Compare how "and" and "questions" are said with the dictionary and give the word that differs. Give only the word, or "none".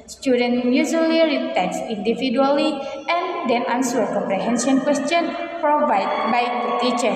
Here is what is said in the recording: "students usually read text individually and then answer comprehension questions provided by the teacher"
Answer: questions